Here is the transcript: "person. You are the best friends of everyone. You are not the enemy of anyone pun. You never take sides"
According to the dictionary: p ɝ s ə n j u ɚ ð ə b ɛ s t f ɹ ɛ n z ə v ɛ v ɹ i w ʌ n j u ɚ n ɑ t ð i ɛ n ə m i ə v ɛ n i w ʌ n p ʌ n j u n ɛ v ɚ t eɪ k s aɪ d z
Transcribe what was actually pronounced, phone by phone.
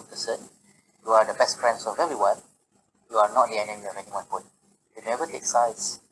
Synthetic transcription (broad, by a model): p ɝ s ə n j u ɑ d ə b ɛ s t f ɹ ɛ n s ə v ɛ ɹ i w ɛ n j u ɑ n ɑ t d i ɛ n ə m i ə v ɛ n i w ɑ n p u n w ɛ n ɛ v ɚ t eɪ k s aɪ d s